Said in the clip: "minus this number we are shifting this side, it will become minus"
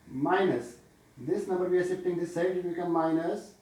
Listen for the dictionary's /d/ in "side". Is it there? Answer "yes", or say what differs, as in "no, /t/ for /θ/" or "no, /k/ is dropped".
no, /d/ is dropped